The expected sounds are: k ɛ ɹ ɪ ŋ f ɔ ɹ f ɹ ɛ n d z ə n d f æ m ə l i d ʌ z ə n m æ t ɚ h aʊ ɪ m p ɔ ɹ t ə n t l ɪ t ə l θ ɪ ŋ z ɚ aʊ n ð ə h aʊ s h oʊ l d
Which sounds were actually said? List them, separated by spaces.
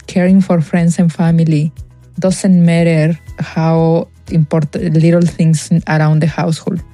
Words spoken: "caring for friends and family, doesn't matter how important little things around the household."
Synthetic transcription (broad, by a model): k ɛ ɹ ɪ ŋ f ɔ ɹ f ɹ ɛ n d s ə n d f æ m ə l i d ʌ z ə n m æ t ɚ h aʊ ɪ m p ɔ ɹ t t l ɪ t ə l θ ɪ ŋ s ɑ aʊ n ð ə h aʊ s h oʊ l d